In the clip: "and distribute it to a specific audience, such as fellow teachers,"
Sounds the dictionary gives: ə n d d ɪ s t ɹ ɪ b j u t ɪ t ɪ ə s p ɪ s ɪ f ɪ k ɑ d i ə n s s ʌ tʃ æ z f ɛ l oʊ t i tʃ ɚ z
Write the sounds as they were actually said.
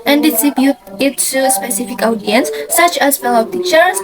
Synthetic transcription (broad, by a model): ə n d d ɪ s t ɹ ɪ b j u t ɪ t ɪ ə s p ɪ s ɪ f ɪ k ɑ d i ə n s s ʌ tʃ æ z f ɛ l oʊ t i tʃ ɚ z